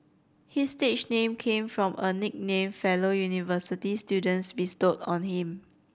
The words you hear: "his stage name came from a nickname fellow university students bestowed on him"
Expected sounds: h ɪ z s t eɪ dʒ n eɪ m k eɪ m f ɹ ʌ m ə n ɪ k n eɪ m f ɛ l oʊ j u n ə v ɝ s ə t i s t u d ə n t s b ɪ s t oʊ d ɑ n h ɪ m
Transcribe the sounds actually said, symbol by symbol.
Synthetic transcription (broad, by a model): h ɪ s t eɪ tʃ n eɪ m k eɪ m f ɹ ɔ m ə n ɪ k n eɪ m f ɛ l oʊ j u n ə v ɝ s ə t i s t u d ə n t s b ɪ s t oʊ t ɑ n h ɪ m